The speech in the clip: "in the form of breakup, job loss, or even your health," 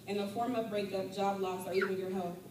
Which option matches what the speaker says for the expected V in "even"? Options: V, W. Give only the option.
W